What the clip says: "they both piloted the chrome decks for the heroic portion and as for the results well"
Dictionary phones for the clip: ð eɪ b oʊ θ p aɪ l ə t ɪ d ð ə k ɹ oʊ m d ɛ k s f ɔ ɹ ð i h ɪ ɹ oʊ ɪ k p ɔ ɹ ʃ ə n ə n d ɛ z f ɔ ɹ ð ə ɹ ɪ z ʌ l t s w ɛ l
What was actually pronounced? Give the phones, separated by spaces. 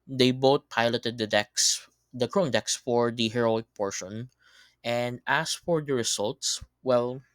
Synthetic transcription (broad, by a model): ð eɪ b oʊ t p aɪ l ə t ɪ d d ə k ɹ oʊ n d ɛ k s f ɔ ɹ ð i h ɪ ɹ oʊ ɪ k p ɔ ɹ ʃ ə n ə n d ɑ s f ɔ ɹ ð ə ɹ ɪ s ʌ l t s w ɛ l